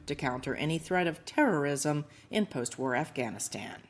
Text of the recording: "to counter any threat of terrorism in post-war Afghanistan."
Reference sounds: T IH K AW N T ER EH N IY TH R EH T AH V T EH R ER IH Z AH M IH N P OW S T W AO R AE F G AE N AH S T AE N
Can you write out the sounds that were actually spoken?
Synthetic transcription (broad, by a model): T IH K AW N T ER EH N IY TH R EH T AH V T EH R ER IH Z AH M IH N P OW S T W AO R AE F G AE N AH S T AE N